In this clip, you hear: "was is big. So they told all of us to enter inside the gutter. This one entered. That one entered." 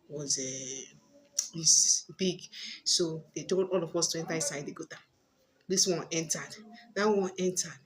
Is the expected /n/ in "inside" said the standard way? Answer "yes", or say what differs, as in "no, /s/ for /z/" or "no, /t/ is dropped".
no, /n/ is dropped